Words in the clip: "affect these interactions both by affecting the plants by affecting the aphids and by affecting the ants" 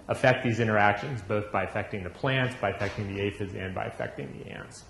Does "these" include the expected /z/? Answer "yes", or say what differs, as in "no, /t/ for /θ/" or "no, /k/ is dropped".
yes